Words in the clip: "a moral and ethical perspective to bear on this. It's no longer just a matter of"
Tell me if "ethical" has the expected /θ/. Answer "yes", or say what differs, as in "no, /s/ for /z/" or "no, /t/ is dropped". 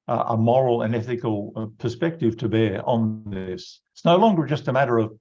yes